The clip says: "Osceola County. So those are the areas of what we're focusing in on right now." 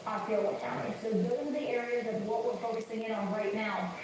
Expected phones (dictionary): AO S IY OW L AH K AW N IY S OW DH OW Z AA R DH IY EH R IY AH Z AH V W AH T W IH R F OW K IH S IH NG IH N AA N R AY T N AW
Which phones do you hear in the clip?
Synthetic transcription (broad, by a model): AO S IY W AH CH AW IY S OW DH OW IH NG DH IY EH R IY AH Z AH V W AH T W IH R F OW K IH S IH NG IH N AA N R AY T N AW